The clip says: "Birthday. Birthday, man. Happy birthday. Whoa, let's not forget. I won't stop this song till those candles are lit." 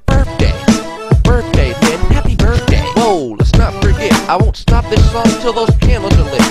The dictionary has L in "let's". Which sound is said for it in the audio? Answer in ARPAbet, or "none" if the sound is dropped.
L